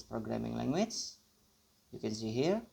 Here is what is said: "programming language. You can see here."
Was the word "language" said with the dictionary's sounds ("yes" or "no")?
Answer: no